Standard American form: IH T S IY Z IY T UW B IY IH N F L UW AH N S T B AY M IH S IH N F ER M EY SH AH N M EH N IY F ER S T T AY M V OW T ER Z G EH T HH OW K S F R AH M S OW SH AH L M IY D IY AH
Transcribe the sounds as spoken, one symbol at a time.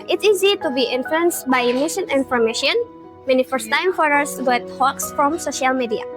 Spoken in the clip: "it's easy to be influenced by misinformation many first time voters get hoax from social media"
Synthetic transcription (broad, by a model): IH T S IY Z IY T UW B IY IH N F L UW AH N S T B AY M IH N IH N F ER M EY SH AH N M EH N IY F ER S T T AY M F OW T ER S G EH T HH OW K S F R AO M S OW SH AH L M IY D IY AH